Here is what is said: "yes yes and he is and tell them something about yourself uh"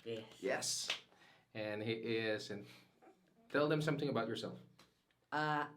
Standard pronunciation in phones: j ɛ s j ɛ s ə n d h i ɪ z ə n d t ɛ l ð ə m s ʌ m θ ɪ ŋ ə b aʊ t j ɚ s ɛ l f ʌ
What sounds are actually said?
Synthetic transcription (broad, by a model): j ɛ j ɛ s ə n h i ɪ z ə n t ɛ l ð ə m s ʌ m θ ɪ ŋ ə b aʊ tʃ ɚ s ɛ l f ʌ